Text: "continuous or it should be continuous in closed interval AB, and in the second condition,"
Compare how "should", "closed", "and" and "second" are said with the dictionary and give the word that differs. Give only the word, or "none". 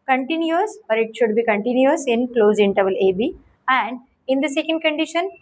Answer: closed